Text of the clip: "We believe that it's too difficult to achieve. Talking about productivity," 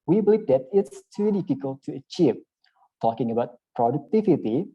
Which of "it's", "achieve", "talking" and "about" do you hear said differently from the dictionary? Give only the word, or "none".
none